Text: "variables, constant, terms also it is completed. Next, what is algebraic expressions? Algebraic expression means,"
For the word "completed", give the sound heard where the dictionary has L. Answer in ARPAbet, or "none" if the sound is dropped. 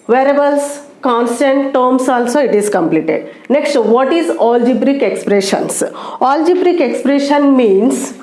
L